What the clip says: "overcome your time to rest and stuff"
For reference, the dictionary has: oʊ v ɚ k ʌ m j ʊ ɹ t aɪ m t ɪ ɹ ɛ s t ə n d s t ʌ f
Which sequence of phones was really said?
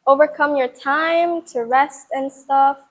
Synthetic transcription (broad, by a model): oʊ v ɚ k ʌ m j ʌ ɹ t aɪ m t ɪ ɹ ɛ s t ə n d s t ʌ f